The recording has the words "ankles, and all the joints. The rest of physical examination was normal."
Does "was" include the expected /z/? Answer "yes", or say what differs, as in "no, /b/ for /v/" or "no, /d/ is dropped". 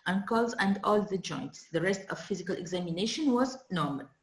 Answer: yes